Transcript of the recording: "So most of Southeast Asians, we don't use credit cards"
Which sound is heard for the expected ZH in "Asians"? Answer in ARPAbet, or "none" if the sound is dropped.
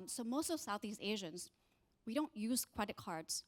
ZH